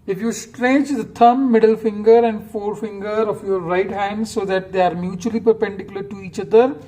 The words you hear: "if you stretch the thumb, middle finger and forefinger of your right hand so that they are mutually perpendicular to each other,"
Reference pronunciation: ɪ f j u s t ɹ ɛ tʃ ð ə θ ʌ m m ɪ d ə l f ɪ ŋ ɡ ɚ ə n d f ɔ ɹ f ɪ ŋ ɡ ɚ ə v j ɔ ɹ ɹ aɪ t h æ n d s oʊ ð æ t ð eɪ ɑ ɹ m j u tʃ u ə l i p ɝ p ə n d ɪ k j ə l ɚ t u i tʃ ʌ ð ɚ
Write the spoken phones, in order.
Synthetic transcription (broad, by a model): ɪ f j u s t ɹ ɛ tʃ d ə t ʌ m m ɪ d ə l f ɪ ŋ ɡ ɚ ə n d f ɔ ɹ f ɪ ŋ ɡ ɚ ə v j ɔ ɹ ɹ aɪ t h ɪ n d s oʊ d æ t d eɪ ɑ ɹ m j u tʃ u ə l i p ɝ p ə n d ɪ k j ə l ɚ t u i tʃ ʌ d ɚ